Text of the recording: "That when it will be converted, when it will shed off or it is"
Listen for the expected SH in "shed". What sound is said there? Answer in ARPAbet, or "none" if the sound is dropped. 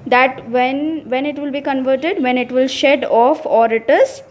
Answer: SH